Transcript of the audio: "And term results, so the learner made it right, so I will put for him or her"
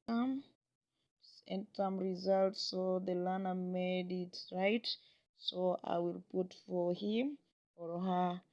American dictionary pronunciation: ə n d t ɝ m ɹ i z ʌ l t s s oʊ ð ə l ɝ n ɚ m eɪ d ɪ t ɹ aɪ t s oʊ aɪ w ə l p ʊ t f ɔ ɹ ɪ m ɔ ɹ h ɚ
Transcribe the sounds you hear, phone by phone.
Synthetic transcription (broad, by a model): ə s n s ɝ m ɹ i z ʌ l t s s oʊ ð ə l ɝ n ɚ m eɪ d ɪ t ɹ aɪ t s oʊ aɪ w ə l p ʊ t f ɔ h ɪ m ɔ ɹ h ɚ